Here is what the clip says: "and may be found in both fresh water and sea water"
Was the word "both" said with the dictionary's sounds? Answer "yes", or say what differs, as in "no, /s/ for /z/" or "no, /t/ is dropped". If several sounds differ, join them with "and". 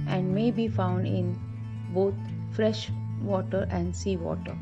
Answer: no, /t/ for /θ/